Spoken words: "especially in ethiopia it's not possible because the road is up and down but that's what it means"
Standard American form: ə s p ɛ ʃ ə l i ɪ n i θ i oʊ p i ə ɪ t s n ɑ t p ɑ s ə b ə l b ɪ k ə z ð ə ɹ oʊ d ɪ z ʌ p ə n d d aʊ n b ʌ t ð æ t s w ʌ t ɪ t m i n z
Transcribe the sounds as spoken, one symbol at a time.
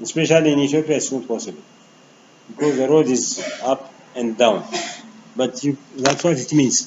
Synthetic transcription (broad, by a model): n s p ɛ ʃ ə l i ɪ n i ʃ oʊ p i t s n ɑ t p ɑ s ə b ə l b ɪ k ə z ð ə ɹ oʊ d ɪ z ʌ p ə n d d aʊ n b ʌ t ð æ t s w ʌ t ɪ t m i n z